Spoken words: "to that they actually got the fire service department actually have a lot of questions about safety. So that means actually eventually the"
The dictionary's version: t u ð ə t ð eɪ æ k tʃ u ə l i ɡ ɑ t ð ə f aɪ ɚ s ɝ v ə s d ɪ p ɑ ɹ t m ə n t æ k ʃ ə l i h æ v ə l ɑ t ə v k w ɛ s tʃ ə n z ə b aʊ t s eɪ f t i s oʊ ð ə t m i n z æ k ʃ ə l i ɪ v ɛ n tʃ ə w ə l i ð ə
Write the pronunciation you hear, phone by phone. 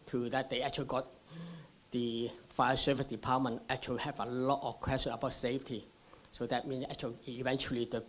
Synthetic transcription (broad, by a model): t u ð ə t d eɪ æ k tʃ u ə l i ɡ ɑ t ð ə f aɪ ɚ s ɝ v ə s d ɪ p ɑ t m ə n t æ k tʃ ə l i h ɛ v ə l ɑ t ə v k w ɛ s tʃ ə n ə b aʊ t s eɪ f t i s oʊ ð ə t m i n s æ k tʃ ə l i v ɛ n tʃ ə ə l i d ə